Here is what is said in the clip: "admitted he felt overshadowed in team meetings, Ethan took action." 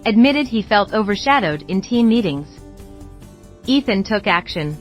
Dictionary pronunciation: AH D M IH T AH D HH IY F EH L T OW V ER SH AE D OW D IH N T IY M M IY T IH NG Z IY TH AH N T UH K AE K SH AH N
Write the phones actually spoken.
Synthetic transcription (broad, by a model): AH D M IH T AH D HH IY F EH L T OW V ER SH AE D OW D IH N T IY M M IY T IH NG Z IY TH AH N T UH K AE K SH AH N